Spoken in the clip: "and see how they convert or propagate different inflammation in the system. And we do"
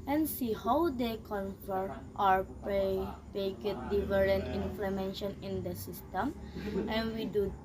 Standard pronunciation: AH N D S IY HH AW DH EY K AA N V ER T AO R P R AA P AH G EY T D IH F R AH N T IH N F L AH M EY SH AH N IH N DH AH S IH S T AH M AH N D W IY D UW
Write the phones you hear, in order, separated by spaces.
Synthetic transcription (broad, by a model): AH N S IY HH AW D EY K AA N F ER T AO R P EH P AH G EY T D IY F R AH N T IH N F L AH M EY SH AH N IH N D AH S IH S T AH M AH N W IY D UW